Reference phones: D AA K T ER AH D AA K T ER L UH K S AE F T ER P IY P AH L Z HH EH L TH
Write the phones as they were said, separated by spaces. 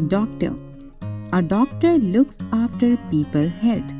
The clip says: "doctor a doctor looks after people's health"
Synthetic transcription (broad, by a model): D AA K T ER AH D AA K T ER L UH K S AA F T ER P IY P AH L HH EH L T